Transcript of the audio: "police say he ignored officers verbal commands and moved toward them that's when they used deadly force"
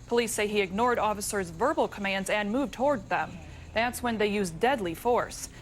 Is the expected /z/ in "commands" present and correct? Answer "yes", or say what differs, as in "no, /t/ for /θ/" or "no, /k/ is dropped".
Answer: yes